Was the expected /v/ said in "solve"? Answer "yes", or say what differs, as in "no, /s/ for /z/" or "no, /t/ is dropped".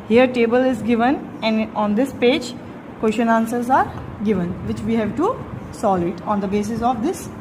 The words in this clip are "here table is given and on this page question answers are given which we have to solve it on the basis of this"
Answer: no, /v/ is dropped